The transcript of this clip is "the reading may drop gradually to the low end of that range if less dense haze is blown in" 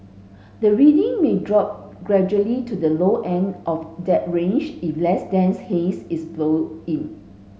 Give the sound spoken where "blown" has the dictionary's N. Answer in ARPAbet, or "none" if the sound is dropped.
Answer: none